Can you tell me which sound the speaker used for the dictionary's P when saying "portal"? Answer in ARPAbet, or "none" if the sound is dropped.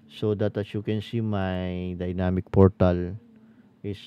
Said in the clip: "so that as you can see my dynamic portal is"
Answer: P